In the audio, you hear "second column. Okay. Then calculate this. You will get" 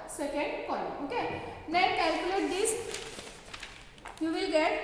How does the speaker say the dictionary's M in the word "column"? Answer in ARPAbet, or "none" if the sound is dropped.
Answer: none